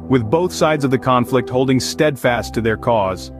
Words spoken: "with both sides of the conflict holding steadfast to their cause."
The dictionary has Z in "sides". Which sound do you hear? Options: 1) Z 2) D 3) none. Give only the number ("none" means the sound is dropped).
1